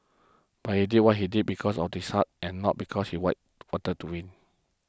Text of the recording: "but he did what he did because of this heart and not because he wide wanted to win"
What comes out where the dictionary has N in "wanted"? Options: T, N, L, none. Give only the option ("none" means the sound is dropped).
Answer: none